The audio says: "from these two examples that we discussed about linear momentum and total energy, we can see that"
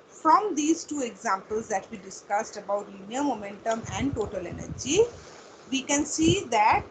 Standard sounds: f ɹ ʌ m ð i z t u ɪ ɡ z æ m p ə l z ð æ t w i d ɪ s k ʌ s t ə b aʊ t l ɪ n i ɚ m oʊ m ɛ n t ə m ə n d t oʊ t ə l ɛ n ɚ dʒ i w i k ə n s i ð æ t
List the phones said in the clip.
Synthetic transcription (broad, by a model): f ɹ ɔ m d i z t u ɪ ɡ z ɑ m p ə l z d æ t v i d ɪ s k ʌ s t ə b aʊ t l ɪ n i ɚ m oʊ m ɛ n t ə m ə n d t oʊ t ə l ɛ n ɚ dʒ i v i k ə n s i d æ t